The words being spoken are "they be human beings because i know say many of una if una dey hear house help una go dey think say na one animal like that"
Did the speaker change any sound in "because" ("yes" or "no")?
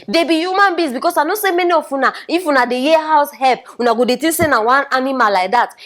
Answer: yes